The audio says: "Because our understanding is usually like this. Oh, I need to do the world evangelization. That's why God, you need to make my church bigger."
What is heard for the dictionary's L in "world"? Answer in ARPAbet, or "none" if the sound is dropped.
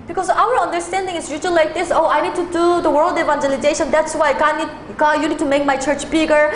L